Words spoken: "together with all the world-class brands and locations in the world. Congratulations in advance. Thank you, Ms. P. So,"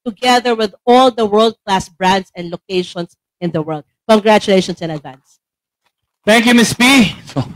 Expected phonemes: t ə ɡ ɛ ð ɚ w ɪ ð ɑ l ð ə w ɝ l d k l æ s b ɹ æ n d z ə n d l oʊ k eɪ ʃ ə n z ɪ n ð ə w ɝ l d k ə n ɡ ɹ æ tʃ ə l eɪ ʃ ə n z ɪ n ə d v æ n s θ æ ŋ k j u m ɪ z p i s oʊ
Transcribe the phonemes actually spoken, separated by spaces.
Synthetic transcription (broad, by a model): t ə ɡ ɛ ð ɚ w ɪ ð ɑ l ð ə w ɝ l d k l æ s b ɹ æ n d s ə n d l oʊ k eɪ ʃ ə n s ɪ n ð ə w ɝ l d k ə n ɡ ɹ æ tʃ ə l eɪ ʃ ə n s ɪ n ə d v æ n s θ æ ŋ k j u m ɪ s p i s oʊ